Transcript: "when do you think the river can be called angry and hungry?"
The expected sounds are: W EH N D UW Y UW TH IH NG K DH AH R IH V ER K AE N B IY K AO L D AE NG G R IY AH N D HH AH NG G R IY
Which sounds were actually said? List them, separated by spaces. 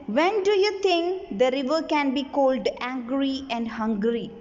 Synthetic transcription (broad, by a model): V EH N D UW Y UW T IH NG K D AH R IH V ER K AE N B IY K AO L D AE NG G R IY AH N D HH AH NG G R IY